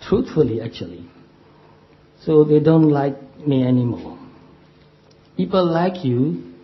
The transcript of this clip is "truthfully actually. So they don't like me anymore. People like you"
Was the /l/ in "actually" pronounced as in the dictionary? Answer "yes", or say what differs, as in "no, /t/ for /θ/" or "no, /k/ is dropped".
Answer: yes